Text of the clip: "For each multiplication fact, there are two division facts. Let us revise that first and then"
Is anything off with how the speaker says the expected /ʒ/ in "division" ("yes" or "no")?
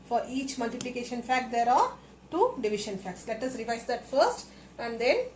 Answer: yes